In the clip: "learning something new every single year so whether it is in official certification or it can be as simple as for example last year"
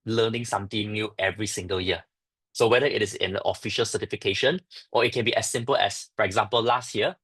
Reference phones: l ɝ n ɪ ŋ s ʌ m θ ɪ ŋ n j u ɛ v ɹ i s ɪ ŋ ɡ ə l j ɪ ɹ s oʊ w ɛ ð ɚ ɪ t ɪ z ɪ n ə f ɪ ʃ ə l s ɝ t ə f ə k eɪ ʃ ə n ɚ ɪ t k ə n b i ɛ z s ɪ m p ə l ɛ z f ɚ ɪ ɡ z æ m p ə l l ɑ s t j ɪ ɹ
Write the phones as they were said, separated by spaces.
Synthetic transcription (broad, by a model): l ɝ n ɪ ŋ s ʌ m t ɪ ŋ n j u ɛ v ɹ i s ɪ ŋ ɡ ə l j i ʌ s oʊ w ɛ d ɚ ɪ t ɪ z ɪ n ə f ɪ ʃ ə l s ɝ t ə f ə k eɪ ʃ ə n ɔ ɪ t k ə n b i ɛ s ɪ m p ə l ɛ s f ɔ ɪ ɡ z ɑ m p ə l l ɑ s t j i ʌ